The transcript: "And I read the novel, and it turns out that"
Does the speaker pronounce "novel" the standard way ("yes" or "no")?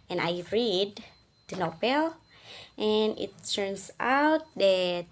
no